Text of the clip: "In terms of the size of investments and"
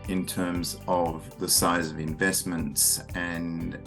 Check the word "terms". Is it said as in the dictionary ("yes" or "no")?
yes